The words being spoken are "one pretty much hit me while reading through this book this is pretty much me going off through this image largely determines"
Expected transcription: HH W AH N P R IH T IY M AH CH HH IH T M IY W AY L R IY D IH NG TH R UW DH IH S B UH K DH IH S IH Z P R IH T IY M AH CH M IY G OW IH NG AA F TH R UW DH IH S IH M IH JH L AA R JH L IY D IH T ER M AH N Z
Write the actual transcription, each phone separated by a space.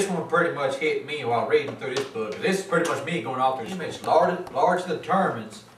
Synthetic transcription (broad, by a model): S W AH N P R IH T IY M AH CH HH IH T M IY W AY L R IY D IH NG TH R UW DH IH S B UH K DH IH S IH Z P R IH T IY M AH CH M IY G OW IH NG AA F TH R UW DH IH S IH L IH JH L AA R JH IY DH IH T ER M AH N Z